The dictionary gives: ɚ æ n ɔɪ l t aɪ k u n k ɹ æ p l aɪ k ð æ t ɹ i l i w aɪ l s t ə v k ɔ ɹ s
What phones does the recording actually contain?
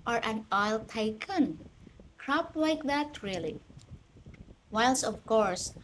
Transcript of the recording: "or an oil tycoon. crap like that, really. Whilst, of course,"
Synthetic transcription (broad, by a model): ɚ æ n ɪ l t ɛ k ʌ n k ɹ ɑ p l aɪ k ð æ t ɹ i l i w aɪ l s ə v k ɔ ɹ s